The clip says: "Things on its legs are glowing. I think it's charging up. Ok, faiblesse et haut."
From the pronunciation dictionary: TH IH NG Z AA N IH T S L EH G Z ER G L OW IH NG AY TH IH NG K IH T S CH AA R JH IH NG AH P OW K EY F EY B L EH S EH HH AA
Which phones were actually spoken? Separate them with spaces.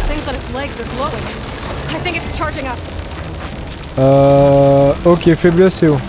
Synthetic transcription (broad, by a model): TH IH NG Z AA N IH T S L EH G Z ER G L OW IH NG AY TH IH NG K IH T S CH AA R JH IH NG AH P OW K EY F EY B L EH S EH